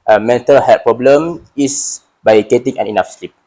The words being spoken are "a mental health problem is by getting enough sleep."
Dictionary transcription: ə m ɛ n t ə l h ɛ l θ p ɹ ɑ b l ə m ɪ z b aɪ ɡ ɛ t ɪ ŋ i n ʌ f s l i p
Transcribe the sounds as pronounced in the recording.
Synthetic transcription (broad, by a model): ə m ɛ n t ə l h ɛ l p ɹ ɑ b l ə m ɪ s b aɪ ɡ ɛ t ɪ ŋ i n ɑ f s l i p